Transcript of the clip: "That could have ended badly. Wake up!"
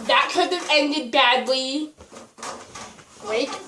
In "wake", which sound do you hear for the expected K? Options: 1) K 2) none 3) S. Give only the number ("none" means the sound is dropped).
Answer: 2